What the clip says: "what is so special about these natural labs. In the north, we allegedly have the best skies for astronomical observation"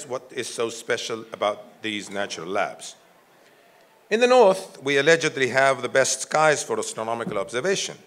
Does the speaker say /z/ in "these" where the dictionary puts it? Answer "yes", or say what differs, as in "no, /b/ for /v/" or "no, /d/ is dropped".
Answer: yes